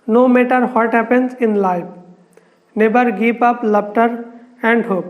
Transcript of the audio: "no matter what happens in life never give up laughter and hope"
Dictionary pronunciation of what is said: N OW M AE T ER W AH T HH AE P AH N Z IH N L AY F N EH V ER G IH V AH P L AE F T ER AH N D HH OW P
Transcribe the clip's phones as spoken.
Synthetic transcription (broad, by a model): N OW M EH T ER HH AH T HH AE P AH N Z IH N L AY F N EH B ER G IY P AH P L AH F T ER AH N D HH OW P